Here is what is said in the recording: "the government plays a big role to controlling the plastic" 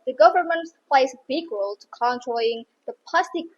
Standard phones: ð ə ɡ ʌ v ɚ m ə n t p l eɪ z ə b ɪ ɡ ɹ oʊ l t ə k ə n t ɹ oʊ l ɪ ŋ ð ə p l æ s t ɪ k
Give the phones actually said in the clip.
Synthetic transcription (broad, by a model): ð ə ɡ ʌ v ɚ m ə n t p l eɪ ə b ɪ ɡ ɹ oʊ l t ə k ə n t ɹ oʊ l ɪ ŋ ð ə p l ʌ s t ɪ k